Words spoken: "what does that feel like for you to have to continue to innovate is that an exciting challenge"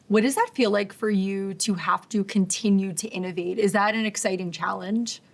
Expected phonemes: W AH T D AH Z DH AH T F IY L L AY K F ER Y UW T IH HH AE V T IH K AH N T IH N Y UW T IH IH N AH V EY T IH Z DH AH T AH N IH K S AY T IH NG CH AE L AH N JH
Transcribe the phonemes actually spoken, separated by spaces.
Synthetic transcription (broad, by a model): W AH T D AH Z DH AH T F IY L L AY K F ER Y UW T IH HH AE F T IH K AH N T IH N Y UW T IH IH N AH V EY T IH Z DH AH T AH N IH K S AY T IH NG CH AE L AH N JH